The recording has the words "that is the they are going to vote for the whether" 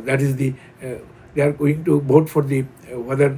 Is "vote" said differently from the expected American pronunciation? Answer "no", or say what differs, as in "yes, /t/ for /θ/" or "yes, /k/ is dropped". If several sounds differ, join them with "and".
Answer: yes, /b/ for /v/